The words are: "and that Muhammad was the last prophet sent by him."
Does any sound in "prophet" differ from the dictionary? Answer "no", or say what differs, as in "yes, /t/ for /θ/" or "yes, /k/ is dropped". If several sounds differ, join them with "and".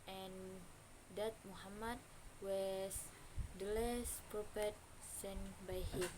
yes, /p/ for /f/